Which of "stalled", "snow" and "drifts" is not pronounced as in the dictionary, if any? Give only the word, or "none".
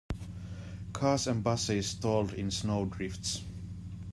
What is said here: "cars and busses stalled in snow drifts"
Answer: none